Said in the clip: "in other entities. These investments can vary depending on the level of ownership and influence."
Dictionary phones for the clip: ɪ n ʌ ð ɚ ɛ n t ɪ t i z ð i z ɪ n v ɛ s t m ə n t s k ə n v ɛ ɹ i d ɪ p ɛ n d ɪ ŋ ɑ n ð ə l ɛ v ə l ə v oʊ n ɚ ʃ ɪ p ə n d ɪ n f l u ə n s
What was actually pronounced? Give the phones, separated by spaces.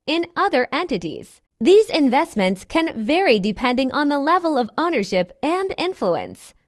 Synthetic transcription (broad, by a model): ɪ n ʌ ð ɚ ɛ n t ɪ t i z ð i z ɪ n v ɛ s t m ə n t s k ə n v ɛ ɹ i d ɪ p ɛ n d ɪ ŋ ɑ n ð ə l ɛ v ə l ə v oʊ n ɚ ʃ ɪ p ə n d ɪ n f l u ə n s